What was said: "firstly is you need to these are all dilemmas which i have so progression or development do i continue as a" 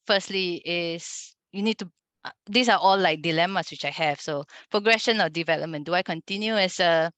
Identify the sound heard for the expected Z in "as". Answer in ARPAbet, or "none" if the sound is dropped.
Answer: S